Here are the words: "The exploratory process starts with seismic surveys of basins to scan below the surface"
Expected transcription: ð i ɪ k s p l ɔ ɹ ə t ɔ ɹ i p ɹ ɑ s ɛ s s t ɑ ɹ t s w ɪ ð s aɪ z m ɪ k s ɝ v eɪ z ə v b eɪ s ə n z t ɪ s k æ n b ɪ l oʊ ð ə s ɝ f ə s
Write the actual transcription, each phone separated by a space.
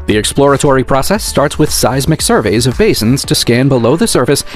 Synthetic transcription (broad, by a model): ð i ɪ k s p l ɔ ɹ ə t ɔ ɹ i p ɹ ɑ s ɛ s s t ɑ ɹ t s w ɪ ð s aɪ z m ɪ k s ɝ v eɪ z ə v b eɪ s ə n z t ɪ s k æ n b ɪ l oʊ ð ə s ɝ f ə s